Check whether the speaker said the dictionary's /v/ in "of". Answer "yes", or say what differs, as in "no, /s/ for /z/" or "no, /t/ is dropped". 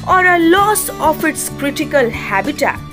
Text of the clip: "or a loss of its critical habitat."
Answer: no, /p/ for /v/